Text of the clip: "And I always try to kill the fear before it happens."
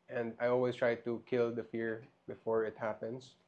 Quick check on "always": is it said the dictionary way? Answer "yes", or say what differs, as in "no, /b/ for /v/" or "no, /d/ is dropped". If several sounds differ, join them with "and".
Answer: no, /s/ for /z/